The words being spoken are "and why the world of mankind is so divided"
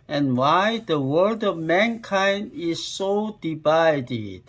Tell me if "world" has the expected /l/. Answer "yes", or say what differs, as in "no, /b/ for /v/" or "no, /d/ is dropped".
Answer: no, /l/ is dropped